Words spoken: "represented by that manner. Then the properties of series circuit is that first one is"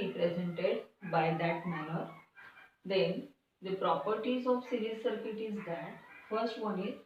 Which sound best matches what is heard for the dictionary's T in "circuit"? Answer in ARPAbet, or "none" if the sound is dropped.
T